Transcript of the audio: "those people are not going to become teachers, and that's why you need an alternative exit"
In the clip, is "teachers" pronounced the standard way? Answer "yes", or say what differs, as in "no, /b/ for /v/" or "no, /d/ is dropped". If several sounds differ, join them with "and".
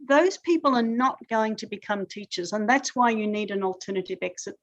yes